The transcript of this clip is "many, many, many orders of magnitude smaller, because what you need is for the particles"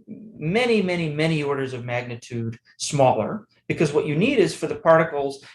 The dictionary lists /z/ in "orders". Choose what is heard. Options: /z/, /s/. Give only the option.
/z/